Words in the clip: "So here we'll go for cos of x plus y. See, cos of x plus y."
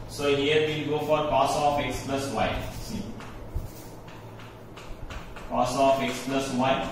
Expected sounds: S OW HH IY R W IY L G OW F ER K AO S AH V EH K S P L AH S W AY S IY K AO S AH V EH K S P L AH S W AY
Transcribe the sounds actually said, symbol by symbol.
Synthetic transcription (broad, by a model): S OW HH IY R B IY N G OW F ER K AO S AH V EH K S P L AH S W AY S IY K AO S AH F EH K S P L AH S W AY